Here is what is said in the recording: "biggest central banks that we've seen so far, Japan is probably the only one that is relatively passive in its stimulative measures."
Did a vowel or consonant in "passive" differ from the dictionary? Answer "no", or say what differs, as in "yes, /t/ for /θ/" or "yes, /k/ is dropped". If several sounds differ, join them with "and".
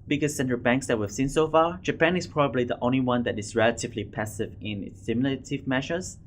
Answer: no